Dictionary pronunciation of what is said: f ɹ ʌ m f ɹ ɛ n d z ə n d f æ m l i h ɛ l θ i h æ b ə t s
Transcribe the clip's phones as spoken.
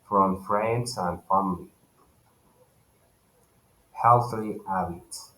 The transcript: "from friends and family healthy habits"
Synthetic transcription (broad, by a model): f ɹ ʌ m f ɹ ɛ n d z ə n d f æ m l i h ɛ l θ i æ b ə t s